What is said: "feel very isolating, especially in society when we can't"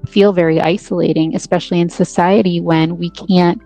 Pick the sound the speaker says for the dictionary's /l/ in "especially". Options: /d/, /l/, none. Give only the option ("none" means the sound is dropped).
/l/